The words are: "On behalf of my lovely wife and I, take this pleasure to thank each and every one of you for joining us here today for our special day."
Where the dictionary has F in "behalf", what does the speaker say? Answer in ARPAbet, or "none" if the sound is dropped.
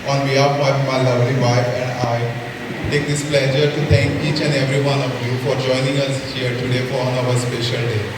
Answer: none